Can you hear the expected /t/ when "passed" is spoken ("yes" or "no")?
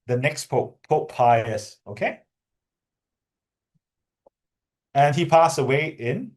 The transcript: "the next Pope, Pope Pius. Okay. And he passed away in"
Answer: no